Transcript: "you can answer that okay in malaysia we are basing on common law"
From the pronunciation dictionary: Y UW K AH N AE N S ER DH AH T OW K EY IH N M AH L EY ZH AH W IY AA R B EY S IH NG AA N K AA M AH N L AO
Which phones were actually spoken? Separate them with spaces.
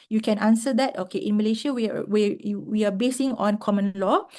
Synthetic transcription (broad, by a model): Y UW K AH N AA N S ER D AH T OW K EY IH N M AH L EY SH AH W IY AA W B EY S IH NG AA N K AA M AH N L AO